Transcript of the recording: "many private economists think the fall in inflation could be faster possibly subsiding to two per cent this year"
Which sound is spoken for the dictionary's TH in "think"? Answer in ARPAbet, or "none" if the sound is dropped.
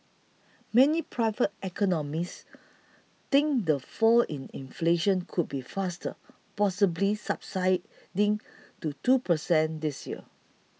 T